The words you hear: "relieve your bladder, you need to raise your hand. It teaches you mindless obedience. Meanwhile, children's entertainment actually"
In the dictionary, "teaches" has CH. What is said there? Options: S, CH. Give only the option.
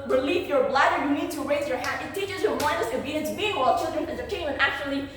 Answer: CH